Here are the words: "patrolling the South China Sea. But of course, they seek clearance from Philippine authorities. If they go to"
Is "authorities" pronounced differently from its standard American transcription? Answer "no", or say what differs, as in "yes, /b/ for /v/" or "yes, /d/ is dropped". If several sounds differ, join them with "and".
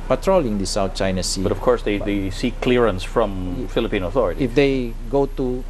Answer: yes, /z/ is dropped